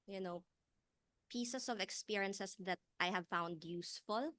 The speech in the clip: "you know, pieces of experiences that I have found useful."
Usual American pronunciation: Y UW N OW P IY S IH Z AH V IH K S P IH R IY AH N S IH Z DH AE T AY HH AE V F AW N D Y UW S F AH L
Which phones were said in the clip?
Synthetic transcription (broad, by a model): Y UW N OW P IY S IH S AH V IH K S P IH R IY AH N S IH S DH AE T AY HH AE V F AW N D Y UW S F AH L